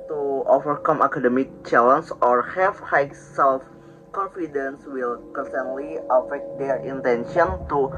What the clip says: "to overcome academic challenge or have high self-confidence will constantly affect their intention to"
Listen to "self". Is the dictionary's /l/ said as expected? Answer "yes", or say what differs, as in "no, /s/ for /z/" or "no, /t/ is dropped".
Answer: yes